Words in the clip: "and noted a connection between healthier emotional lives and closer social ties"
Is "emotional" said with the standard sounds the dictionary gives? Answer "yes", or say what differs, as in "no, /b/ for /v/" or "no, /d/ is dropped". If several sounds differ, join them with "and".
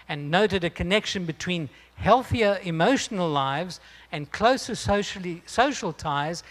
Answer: yes